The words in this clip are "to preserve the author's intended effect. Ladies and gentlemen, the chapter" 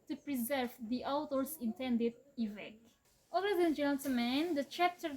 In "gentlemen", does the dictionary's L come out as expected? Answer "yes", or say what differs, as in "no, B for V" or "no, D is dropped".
no, L is dropped